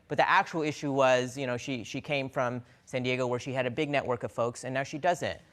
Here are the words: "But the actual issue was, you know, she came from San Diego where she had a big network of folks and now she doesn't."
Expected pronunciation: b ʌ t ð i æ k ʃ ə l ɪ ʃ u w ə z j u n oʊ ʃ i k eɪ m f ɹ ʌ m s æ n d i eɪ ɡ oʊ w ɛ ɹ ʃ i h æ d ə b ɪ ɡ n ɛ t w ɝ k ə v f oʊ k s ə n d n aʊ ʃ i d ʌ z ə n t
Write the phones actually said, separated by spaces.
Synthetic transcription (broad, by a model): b ʌ t ð i æ k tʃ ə l ɪ ʃ u w ə z j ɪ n oʊ ʃ i k eɪ m f ɹ ʌ m s æ n d i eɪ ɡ oʊ w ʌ ɹ ʃ i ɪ d ə b ɪ ɡ n ɛ t w ɝ k ə v f oʊ k s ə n n aʊ ʃ i d ʌ z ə n t